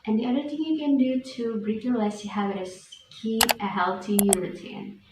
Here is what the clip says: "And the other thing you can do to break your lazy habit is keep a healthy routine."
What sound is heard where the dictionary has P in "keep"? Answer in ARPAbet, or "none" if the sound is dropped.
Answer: none